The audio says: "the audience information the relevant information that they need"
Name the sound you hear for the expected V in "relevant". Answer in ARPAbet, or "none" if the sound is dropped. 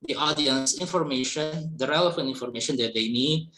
F